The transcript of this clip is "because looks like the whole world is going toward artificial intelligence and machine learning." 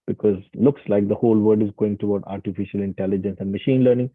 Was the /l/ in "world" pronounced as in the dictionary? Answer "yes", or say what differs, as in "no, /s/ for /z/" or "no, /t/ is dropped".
no, /l/ is dropped